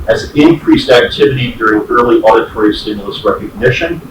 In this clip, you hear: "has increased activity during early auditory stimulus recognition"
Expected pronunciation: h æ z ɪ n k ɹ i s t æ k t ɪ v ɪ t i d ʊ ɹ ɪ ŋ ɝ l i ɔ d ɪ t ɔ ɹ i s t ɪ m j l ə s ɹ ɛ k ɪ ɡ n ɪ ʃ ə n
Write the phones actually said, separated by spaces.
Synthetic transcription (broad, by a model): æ z ɪ n k ɹ i s t æ k t ɪ v ɪ t i d ʊ ɹ ɪ ŋ ɝ l i ɔ d ɪ t ɔ ɹ i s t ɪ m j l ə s ɹ ɛ k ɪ ɡ n ɪ ʃ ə n